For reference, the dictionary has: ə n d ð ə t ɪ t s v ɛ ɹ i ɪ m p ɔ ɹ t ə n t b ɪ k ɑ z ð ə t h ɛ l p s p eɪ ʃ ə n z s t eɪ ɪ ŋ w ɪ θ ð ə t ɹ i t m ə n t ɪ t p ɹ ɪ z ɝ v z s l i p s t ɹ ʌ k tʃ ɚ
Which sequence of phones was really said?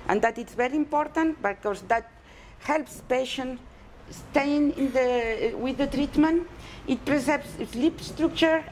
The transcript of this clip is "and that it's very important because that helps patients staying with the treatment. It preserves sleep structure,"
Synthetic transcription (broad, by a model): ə n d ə t ɪ t s v ɛ ɹ i ɪ m p ɔ ɹ t ə n t b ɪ k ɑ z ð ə t h ɛ l p s p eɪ ʃ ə n s t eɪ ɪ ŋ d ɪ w ð ə t ɹ i t m ə n t ɪ t p ɹ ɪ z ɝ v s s l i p s t ɹ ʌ k tʃ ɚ